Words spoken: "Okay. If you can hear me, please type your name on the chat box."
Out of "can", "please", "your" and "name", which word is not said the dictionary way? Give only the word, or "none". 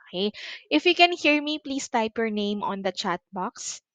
please